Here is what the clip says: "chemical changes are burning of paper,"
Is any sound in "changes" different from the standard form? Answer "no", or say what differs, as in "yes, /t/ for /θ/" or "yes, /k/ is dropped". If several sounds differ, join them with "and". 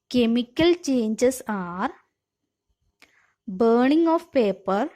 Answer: yes, /s/ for /z/